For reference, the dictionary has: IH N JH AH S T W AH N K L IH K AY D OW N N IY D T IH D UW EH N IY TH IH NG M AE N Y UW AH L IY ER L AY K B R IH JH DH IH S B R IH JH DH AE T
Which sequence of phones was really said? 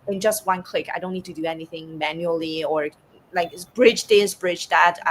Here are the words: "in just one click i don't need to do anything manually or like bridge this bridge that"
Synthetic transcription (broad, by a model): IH N JH AH S T W AH N K L IH K AY D OW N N IY D T IH D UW EH N IY TH IH NG M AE N Y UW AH L IY ER L AY K B R IH JH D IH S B R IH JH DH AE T